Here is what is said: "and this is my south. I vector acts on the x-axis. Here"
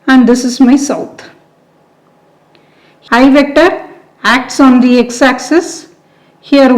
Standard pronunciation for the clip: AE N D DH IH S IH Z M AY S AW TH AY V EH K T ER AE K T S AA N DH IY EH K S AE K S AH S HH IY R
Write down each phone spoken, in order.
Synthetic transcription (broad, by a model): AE N D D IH S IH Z M AY S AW T AY V EH K T ER AE K T S AA N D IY EH K S AE K S AH S HH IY R